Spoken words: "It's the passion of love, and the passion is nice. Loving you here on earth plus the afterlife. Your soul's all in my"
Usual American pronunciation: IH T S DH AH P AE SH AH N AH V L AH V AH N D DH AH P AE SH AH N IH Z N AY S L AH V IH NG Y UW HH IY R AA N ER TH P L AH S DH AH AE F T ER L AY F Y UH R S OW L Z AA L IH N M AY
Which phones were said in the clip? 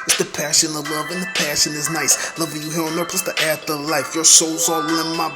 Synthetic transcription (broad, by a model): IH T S DH AH P AE SH AH N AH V L AH V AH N DH AH P AE SH AH N IH Z N AY S L AH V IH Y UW HH IY R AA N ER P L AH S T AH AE T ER L AY F Y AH R S OW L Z AA L IH N M AY